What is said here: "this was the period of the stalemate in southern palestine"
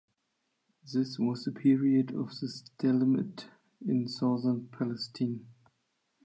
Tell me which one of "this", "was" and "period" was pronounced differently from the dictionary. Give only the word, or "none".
none